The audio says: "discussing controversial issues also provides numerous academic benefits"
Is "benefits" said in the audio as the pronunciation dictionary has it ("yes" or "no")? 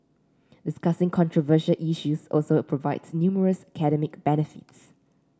yes